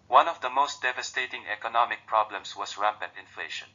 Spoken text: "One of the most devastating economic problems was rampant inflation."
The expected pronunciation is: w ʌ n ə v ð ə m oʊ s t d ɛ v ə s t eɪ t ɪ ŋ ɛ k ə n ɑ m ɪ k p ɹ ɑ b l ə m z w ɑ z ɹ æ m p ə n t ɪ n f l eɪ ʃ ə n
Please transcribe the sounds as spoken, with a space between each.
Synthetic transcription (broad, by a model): w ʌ n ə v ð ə m oʊ s t d ɛ v ə s t eɪ t ɪ ŋ ɛ k ə n ɑ m ɪ k p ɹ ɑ b l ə m s w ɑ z ɹ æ p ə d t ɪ n f l eɪ ʃ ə n